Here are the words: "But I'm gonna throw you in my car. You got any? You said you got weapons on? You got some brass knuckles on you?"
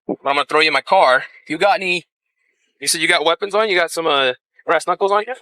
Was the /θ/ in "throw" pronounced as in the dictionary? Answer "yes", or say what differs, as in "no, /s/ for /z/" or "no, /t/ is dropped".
yes